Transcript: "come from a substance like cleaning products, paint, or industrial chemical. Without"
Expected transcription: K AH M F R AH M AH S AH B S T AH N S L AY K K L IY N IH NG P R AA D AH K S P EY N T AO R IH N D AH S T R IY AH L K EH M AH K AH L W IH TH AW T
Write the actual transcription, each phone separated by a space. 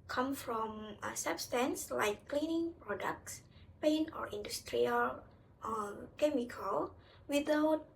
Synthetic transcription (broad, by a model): K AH M F R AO M AH S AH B S T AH N S L AY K K L IY N IH NG P R AA D AH K S P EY N AO R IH N D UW S T R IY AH L K EH M AH K AH L W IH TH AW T